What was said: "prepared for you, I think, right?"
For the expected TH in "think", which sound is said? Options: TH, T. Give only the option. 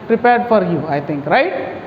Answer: T